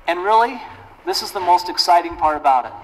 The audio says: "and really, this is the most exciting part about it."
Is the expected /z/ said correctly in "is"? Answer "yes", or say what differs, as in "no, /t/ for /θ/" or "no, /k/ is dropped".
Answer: yes